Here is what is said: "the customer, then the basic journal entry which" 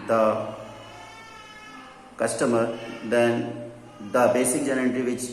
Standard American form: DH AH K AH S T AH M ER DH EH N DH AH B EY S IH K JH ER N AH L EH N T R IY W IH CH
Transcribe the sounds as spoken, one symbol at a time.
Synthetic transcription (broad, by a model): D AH K AH S T AH M ER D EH N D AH B EY S IH K JH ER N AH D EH T R IY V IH CH